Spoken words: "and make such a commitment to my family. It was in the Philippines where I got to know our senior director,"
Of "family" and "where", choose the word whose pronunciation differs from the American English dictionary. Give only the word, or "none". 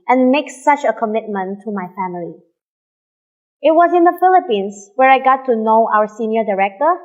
none